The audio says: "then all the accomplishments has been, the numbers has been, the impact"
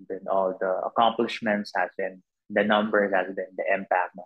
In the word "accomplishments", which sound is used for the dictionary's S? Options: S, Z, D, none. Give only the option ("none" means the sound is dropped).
S